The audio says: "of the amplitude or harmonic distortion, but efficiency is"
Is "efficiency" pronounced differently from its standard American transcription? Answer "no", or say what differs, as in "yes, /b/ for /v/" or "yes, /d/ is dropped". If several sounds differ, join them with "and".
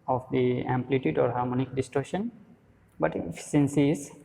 yes, /s/ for /ʃ/